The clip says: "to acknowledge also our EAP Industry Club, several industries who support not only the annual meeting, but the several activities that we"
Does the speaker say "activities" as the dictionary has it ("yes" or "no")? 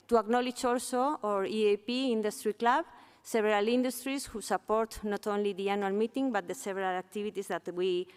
no